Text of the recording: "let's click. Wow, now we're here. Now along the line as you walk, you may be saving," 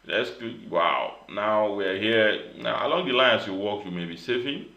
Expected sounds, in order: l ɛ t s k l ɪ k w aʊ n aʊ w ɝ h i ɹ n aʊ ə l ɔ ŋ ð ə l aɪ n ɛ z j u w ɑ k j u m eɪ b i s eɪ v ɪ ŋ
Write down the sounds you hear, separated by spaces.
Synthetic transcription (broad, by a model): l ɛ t s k ɪ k w aʊ n aʊ w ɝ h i n aʊ ə l ɔ ŋ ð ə l aɪ n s j u w ɑ k j u m eɪ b i s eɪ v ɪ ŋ